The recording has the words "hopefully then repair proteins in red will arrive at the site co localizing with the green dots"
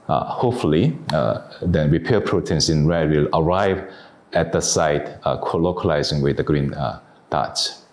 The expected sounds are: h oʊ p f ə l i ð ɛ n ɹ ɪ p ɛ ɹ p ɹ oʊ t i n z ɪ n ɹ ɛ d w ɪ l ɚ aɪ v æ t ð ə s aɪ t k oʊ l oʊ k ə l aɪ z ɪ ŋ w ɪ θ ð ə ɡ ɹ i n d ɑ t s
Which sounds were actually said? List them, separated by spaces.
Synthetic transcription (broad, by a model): h oʊ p f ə l i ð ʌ ɹ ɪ p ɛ p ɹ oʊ t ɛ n s ɪ n ɹ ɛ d w ɪ l ɚ aɪ v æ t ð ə s aɪ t k oʊ l oʊ k ə l aɪ z ɪ ŋ w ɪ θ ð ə ɡ ɹ i n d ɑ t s